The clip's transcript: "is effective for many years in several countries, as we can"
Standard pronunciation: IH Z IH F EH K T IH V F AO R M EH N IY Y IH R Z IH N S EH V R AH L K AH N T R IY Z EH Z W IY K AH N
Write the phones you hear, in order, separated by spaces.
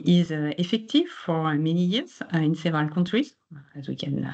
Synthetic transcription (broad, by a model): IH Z IH F EH K T IH V F AO R M EH N IY Y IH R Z IH N S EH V AH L K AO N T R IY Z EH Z W IY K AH N